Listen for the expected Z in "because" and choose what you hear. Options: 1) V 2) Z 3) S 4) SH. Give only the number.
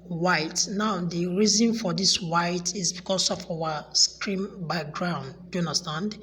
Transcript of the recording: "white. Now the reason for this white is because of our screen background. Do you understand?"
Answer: 3